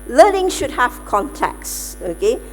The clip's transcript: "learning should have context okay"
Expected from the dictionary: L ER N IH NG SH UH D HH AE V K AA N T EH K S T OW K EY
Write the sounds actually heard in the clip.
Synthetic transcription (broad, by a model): L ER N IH NG SH UH D HH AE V K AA N T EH K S OW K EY